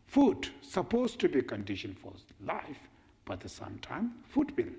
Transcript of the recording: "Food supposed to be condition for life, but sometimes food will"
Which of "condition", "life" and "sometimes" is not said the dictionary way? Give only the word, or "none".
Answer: sometimes